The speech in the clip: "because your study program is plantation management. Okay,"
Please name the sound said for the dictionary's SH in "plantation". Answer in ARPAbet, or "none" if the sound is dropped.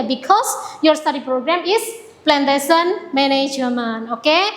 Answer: S